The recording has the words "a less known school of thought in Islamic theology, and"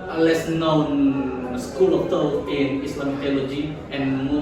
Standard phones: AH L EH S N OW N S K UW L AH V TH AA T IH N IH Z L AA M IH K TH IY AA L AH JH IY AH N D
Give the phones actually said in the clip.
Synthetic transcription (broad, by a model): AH L EH S N OW N S K UW L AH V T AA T IH N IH S L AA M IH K T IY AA L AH JH IY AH N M